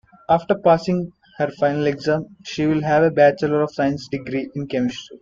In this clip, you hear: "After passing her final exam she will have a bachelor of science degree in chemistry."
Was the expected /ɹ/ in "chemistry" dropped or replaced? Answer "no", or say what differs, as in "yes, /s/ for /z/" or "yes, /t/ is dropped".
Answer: yes, /ɹ/ is dropped